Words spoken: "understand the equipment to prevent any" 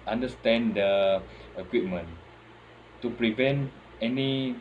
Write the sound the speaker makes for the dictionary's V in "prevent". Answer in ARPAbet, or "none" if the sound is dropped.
V